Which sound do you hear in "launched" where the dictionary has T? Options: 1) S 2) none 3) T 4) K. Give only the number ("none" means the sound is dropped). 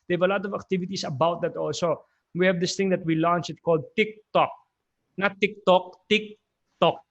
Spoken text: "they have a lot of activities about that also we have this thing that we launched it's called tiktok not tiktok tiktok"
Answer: 2